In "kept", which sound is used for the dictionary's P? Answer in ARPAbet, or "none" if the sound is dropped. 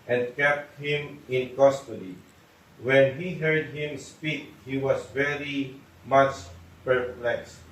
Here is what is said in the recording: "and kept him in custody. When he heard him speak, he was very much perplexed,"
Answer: P